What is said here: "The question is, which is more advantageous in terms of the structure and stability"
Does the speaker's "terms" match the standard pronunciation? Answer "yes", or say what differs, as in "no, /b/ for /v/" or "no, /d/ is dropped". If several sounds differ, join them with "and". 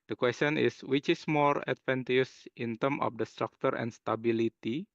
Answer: no, /z/ is dropped